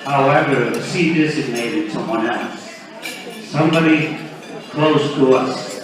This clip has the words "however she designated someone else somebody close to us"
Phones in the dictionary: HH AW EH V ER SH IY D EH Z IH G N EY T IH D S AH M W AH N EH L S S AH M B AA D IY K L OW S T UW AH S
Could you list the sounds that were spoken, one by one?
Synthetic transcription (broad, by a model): HH AW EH V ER S IY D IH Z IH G N EY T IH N S AH M W AH N EH L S S AH M B AA D IY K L OW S T UW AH S